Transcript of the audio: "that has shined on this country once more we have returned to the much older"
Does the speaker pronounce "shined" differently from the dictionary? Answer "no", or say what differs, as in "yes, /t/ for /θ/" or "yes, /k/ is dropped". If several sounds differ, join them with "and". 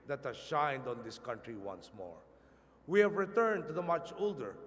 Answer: no